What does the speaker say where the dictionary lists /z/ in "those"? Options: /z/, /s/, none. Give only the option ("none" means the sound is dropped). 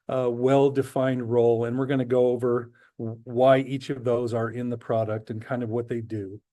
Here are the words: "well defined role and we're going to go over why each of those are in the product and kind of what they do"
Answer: /z/